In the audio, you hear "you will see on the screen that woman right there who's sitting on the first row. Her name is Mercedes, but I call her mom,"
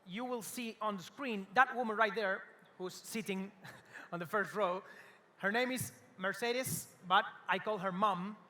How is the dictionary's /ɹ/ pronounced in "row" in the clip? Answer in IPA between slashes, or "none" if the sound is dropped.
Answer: /ɹ/